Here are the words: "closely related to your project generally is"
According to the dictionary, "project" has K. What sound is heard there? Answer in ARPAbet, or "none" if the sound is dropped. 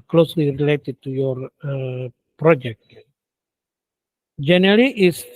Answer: K